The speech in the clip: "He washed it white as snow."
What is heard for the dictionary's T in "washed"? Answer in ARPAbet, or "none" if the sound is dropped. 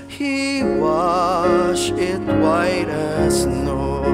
none